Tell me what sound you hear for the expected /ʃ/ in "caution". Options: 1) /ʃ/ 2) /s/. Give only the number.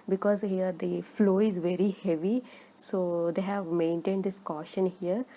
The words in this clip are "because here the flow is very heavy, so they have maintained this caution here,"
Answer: 1